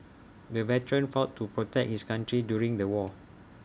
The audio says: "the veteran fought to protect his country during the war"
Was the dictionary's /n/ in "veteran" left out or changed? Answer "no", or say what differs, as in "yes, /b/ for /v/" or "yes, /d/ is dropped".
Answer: no